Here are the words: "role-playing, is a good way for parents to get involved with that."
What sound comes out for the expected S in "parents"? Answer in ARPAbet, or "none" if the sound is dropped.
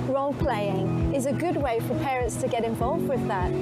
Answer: S